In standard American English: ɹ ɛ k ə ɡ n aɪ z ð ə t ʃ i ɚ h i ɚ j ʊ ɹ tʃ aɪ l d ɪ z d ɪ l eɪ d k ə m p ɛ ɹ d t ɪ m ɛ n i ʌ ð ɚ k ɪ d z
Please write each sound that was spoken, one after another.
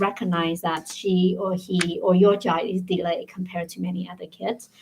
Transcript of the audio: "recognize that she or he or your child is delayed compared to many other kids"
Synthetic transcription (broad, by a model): ɹ ɛ k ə ɡ n aɪ z ð ə t ʃ i ɚ h i ɚ j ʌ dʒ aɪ d ɪ z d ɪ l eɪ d k ə m p ɛ ɹ d t ɪ m ɛ n i ʌ ð ɚ k ɪ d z